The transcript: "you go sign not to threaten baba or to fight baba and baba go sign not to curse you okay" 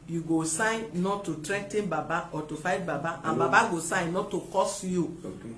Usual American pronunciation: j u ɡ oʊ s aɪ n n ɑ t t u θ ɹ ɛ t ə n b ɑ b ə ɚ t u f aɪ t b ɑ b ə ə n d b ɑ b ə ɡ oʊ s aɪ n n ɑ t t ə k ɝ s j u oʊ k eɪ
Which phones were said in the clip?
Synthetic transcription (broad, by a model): j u ɡ oʊ s aɪ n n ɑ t t u t ɹ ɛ t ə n b ɑ b ə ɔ t u f aɪ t b ɑ b ə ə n b ɑ b ə ɡ oʊ s aɪ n n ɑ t t ə k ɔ s j u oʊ